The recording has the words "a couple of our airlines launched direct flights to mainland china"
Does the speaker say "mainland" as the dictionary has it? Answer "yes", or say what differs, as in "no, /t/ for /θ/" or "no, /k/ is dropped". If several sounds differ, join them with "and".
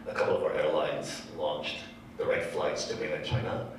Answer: no, /l/ is dropped